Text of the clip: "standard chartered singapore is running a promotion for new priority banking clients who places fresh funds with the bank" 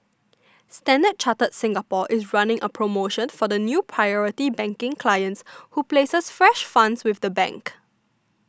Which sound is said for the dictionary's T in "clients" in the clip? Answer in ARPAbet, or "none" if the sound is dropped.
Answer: T